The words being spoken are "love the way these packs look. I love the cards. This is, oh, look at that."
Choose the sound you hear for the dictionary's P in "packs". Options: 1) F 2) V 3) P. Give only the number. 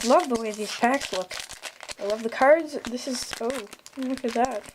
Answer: 1